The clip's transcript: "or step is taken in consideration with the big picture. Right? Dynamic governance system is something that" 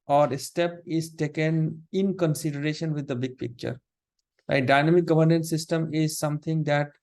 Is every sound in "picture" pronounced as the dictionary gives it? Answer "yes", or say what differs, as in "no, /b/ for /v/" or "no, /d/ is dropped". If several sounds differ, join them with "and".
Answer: yes